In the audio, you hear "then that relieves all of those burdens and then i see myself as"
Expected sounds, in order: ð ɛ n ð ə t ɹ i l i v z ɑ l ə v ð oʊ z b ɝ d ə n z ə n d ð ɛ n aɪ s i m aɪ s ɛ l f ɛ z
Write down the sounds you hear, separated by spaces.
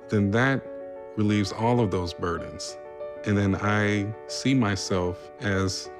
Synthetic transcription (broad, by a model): ð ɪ n ð ə t ɹ i l i v z ɑ l ə v ð oʊ z b ɝ d n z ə n ð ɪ n aɪ s i m aɪ s ɛ l f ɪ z